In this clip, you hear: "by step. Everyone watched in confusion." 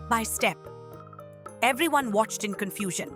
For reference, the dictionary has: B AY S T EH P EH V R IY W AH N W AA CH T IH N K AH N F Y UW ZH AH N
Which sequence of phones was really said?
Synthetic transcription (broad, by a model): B AY S T EH P EH V R IY W AH N W AA CH T IH N K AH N F Y UW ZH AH N